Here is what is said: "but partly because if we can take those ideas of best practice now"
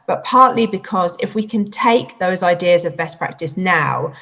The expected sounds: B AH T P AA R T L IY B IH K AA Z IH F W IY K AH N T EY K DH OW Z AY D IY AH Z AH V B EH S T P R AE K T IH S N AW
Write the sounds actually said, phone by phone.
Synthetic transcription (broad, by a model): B AH T P AA T L IY B IH K AA Z IH F W IY K AH N T EY K DH OW Z AY D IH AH Z AH V B EH S P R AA K T IH S N AW